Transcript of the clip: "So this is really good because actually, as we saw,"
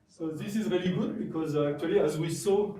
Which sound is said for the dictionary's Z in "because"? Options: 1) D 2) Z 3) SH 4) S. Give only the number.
2